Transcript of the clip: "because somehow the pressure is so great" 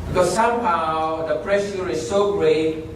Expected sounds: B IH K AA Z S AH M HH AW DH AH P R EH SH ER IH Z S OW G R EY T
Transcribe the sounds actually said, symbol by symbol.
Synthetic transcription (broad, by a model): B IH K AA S S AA M HH AW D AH P R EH S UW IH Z S OW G R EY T